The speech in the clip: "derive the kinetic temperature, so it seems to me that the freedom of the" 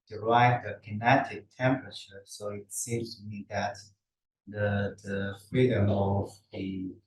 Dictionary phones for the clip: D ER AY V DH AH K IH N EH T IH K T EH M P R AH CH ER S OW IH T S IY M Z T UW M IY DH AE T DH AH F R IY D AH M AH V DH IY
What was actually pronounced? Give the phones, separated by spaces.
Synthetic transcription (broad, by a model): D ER AY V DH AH K IH N EH T IH K T EH M P R AH CH ER S OW IH T S IY M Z T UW M IY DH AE T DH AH F R IY D AH M AH V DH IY